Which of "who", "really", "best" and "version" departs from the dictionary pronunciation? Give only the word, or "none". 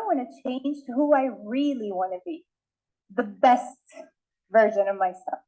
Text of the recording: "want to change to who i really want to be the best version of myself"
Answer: none